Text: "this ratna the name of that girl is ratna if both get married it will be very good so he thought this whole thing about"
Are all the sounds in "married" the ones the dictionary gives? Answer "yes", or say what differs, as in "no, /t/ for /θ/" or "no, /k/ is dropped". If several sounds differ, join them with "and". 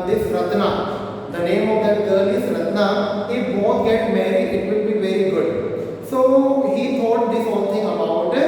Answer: no, /d/ is dropped